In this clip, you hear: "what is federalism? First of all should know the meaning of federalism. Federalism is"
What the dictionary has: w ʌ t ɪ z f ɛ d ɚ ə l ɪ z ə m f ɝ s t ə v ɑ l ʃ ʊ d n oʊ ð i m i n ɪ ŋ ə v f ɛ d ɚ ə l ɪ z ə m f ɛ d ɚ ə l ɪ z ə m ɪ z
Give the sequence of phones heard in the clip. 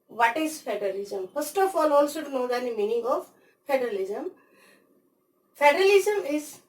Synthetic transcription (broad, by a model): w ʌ t ɪ z f ɛ d ɚ ə l ɪ z ə m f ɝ s t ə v ɑ l s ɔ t n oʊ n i m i n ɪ ŋ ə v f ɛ d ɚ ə l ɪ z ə m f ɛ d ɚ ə l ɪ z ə m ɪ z